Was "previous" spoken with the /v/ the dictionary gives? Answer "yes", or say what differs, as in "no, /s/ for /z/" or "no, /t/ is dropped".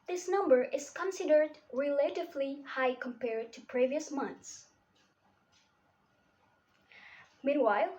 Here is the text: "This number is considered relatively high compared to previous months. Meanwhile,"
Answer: yes